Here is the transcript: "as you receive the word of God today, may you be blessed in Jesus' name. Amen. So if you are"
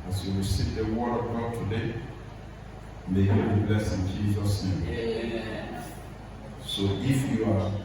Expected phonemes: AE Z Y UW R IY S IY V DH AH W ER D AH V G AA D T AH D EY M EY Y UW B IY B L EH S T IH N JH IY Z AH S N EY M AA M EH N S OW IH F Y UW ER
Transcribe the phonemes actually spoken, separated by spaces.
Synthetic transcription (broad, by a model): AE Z Y UW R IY S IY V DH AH W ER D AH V G AA D T AH D EY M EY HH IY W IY B L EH S IH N JH IY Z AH S N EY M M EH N S OW IH F Y UW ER